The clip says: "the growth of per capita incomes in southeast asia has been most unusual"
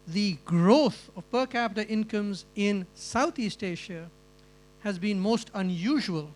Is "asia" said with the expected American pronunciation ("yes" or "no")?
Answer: no